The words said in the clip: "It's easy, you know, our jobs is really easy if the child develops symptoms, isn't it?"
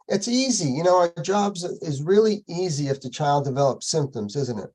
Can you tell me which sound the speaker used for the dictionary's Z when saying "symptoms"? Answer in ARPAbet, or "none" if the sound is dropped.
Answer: Z